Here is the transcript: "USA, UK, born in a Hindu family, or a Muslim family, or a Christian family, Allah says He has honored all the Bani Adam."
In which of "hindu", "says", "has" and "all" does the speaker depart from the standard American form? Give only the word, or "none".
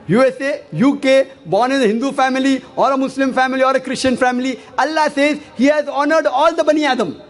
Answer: none